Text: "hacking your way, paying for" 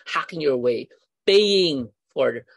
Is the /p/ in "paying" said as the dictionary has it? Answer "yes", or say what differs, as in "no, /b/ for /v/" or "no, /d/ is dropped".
no, /b/ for /p/